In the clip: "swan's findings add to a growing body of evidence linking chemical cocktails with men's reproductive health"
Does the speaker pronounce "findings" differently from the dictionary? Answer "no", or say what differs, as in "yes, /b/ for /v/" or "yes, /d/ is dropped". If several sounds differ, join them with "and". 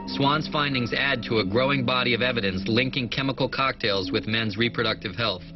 no